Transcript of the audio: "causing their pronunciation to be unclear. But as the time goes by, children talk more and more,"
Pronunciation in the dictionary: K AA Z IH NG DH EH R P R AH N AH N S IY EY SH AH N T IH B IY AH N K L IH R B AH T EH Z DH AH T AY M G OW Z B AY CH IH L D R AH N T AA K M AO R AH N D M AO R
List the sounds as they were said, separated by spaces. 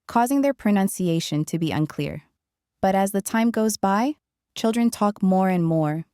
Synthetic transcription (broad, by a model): K AA Z IH NG DH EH R P R AH N AH N S IY EY SH AH N T IH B IY AH N K L IH R B AH T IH Z DH AH T AY M G OW Z B AY CH IH L D R AH N T AA K M AO R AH N M AO R